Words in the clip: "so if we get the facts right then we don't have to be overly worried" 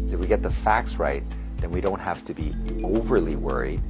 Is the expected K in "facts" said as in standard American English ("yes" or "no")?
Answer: yes